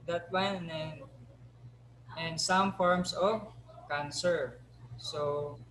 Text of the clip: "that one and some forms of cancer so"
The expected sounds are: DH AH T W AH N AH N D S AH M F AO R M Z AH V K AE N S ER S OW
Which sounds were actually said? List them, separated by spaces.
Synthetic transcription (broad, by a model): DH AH T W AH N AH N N S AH M F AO R M S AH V K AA N S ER S OW